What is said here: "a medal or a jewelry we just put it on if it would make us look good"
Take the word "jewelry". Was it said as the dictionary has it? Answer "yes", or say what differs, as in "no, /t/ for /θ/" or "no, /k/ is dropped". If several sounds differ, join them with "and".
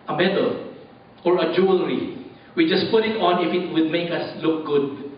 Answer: yes